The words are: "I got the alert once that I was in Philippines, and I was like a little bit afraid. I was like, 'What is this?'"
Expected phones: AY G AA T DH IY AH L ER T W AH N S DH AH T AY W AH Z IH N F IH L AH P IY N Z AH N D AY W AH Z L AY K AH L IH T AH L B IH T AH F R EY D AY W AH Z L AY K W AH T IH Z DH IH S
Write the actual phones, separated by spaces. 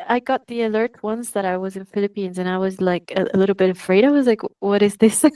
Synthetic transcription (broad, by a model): AY G AA T DH IY AH L ER T W AH N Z DH AH T AY W AH Z IH N F IH L AH P IY N Z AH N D AY W AH Z L AY K AH L IH T L B IH T AH F R EY D AY W AH Z L AY K W AH T IH Z DH IH S